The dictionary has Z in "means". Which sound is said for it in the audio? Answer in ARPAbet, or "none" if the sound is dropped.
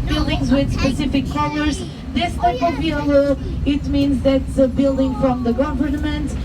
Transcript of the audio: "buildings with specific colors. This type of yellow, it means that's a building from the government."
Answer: Z